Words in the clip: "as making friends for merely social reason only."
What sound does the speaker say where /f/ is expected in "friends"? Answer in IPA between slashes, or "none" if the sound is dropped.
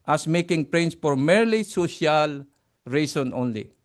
/p/